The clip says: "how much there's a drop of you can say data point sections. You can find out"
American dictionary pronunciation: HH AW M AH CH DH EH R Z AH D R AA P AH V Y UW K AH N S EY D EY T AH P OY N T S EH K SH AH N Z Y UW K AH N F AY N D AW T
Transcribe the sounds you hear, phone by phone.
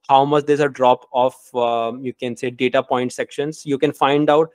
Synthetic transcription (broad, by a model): HH AW M AH CH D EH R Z AH D R AA P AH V Y UW K AH N S EY D EY T AH P OY N T S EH K SH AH N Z Y UW K AH N F AY N D AW T